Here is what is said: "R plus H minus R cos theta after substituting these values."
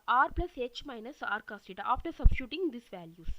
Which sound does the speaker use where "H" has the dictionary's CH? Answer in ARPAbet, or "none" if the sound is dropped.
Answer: CH